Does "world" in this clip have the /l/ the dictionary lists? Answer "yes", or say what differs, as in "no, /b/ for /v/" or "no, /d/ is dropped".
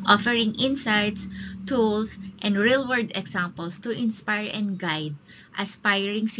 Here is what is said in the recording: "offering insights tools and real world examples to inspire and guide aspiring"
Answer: no, /l/ is dropped